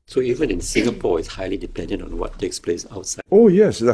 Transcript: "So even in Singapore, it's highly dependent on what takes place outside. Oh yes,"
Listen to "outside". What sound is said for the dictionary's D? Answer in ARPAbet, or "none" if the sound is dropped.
none